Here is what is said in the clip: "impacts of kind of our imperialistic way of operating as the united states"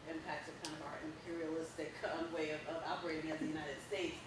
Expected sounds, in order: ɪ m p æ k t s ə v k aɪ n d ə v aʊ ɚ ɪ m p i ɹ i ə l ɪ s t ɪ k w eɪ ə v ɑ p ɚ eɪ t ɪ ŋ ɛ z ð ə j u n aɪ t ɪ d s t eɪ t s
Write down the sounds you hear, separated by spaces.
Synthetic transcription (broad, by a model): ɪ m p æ k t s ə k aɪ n ə v aʊ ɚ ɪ m p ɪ ɹ i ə l ɪ s t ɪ k w eɪ ə v ɑ p ɚ eɪ t ɪ ŋ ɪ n ð ə j u n aɪ t ɪ d s t eɪ t s